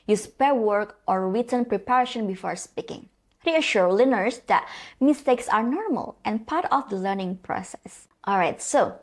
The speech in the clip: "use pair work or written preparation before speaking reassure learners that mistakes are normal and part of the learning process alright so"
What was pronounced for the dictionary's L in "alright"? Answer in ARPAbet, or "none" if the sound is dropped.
L